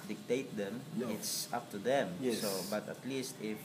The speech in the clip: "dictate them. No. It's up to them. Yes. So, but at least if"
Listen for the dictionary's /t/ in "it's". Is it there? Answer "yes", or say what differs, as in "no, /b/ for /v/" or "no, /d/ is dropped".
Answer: yes